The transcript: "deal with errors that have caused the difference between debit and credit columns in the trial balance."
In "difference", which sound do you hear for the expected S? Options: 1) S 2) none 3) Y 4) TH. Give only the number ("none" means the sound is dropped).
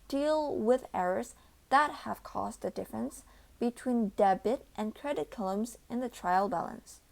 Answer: 1